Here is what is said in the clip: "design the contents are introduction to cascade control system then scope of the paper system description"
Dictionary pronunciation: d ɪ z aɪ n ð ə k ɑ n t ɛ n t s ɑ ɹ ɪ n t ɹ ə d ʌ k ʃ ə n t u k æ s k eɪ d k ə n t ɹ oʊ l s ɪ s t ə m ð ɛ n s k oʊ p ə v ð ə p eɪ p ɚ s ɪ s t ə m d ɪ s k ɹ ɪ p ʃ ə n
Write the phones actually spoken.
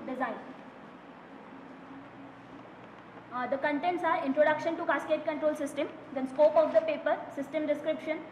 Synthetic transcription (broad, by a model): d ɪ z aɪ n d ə k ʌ n t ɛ n t s ɑ ɹ ɪ n t ɹ ə d ʌ k ʃ ə n t u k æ s k eɪ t k ə n t ɹ oʊ l s ɪ s t ə m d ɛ n s k oʊ p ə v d ə p eɪ p ɚ s ɪ s t ə m d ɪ s k ɹ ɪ p ʃ ə n